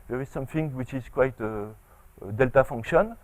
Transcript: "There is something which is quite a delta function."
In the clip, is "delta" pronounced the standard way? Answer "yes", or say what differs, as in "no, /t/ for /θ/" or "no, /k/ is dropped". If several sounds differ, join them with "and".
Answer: yes